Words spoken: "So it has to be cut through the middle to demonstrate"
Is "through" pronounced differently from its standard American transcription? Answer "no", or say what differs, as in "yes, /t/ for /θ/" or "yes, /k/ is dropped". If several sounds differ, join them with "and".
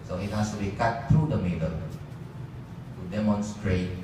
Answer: yes, /t/ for /θ/